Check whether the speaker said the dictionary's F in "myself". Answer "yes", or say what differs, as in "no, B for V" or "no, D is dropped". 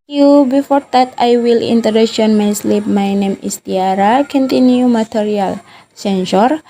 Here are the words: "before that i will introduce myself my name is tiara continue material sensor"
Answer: no, P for F